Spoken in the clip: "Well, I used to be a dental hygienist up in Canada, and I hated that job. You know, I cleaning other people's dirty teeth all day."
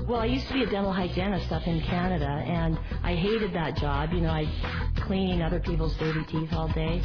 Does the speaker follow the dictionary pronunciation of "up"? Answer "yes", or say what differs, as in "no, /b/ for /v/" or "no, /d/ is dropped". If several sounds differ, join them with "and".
no, /f/ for /p/